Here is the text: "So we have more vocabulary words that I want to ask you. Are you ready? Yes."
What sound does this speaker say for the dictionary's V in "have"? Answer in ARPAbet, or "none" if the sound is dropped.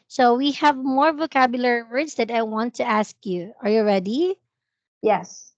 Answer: V